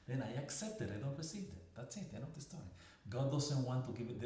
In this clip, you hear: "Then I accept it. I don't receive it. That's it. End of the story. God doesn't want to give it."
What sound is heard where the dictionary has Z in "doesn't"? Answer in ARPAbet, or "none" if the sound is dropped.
S